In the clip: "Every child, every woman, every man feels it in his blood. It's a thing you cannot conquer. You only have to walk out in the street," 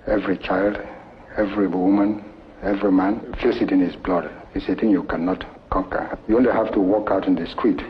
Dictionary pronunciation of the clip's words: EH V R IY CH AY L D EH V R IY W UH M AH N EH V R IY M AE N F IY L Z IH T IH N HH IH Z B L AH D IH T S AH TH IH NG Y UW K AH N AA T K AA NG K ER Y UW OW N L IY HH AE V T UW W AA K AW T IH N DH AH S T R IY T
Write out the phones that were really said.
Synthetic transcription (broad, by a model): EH V R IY CH AY L D EH V R IY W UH M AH N EH V R IY M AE N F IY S IH T IH N HH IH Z B L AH D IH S AH T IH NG Y UW K AH N AA T K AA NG K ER Y UW OW N L IY HH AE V T UW W AA K AW T IH N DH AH S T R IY T